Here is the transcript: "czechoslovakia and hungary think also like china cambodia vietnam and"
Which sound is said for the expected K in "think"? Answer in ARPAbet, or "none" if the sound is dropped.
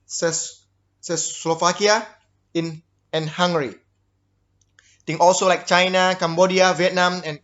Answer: none